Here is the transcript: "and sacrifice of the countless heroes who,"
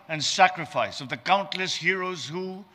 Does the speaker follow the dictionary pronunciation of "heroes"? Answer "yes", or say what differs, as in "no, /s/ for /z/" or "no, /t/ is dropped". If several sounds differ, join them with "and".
yes